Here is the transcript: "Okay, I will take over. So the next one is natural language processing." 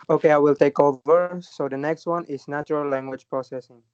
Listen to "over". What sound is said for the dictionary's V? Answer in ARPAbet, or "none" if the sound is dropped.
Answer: V